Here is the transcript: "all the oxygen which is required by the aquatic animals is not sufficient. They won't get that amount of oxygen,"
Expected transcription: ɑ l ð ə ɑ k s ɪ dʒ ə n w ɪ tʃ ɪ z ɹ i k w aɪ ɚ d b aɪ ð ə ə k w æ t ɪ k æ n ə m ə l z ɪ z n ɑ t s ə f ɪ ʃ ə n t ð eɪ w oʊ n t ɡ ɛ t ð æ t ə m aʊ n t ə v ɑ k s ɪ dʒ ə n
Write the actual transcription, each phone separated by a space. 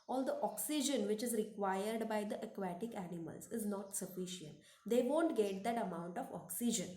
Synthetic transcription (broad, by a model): ɑ l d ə ɑ k s ɪ dʒ ə n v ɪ tʃ ɪ z ɹ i k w aɪ ɚ d b aɪ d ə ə k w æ t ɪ k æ n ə m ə l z ɪ z n ɑ t s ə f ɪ ʃ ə n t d eɪ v oʊ n t ɡ ɛ t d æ t ə m aʊ n t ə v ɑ k s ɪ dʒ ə n